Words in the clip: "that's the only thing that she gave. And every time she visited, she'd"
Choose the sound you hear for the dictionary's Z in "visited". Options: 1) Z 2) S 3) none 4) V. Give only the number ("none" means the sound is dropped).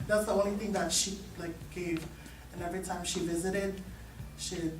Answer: 1